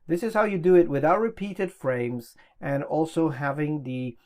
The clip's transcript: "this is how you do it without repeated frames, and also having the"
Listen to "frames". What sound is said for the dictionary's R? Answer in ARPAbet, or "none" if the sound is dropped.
R